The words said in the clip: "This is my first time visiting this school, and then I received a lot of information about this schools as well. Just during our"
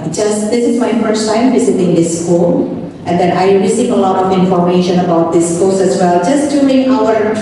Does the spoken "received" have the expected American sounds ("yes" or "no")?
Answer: no